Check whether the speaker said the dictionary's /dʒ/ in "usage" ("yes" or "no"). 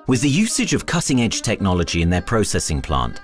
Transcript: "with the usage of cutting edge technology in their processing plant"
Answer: yes